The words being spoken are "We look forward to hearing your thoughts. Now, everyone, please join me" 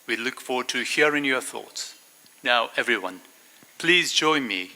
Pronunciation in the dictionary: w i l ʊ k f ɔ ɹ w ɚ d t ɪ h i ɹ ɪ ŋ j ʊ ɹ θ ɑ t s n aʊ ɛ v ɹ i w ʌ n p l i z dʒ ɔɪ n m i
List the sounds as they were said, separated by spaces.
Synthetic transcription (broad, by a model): w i l ʊ k f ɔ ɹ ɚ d t ɪ h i ɹ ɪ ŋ j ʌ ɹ θ ɑ t s n aʊ ɛ v ɹ i w ʌ n p l i z dʒ ɔɪ n m i